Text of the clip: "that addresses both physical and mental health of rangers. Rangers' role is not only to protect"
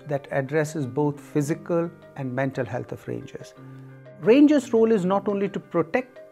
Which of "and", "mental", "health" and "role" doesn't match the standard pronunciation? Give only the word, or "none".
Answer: health